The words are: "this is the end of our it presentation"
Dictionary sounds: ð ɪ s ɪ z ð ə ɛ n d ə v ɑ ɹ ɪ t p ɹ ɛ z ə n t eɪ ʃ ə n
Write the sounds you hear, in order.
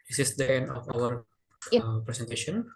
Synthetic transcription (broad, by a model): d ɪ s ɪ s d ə ɛ n d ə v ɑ w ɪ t p ɹ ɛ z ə n t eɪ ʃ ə n